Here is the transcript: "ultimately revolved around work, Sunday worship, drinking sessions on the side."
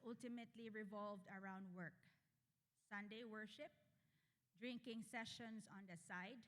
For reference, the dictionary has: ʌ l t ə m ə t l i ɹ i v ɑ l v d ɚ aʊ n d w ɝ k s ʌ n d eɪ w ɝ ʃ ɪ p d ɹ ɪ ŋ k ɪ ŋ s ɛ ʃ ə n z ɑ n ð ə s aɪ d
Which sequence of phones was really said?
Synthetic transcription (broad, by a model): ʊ l t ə m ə t l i ɹ i v ɑ l v d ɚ aʊ n d w ɝ k s ʌ n d eɪ w ɝ ʃ ɪ p d ɹ ɪ ŋ k ɪ ŋ s ɛ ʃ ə n s ɑ n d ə s aɪ d